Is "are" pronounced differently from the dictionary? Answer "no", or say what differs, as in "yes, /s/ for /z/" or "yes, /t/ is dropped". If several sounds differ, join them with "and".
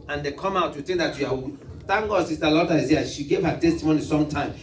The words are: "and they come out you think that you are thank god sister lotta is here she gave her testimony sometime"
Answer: yes, /w/ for /ɹ/